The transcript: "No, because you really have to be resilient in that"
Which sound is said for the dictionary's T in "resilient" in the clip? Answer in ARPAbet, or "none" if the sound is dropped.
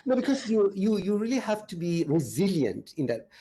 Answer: T